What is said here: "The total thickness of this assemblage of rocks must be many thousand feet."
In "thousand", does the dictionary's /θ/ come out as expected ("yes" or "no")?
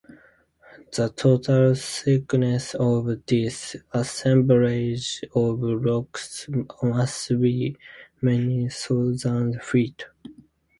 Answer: no